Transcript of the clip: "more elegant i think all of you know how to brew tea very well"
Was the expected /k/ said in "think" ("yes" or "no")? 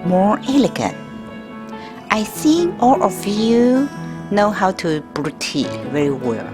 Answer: no